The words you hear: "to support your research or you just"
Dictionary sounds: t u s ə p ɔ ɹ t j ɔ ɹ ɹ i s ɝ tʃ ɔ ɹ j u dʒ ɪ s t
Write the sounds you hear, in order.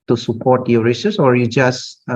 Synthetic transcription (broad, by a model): t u s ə p ɔ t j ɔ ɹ ɹ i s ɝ s ɔ ɹ j u dʒ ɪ s